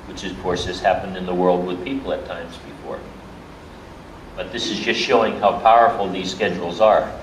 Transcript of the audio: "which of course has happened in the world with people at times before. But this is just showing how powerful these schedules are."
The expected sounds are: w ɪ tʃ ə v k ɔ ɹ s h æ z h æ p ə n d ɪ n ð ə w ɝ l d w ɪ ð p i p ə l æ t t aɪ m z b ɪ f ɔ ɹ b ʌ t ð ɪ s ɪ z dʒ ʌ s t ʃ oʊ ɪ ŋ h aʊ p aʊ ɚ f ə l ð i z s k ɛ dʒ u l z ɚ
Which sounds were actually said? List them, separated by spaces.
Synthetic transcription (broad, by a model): w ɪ tʃ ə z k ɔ ɹ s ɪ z h æ p ə n d ɪ n ð ə w ɝ l d w ɪ ð p i p l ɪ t t aɪ m z b ɪ f ɔ ɹ b ʌ t ð ɪ s ɪ z dʒ ʌ s t ʃ oʊ ɪ ŋ h aʊ p aʊ ɚ f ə l ð i z s k ɛ dʒ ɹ l z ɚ